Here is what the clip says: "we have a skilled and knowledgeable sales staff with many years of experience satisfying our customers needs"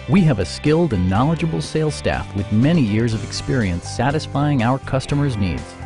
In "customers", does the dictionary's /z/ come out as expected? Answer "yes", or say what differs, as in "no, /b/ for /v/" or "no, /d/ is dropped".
yes